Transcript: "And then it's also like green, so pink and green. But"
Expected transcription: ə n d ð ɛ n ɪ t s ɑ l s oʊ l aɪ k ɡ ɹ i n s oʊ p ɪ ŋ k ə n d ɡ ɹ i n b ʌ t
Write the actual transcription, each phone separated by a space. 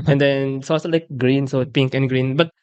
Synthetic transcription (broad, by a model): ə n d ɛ n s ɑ s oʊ l aɪ k ɡ ɹ i n s oʊ p ɪ ŋ k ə n ɡ ɹ i n b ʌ t